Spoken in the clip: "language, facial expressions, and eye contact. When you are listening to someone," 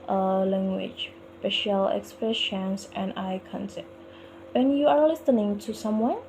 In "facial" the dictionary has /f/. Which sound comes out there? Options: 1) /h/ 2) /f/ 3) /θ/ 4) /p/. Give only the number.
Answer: 4